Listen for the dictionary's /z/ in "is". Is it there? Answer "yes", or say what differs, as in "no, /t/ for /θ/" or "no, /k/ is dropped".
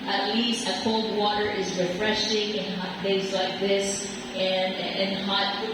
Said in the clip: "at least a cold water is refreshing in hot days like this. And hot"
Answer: yes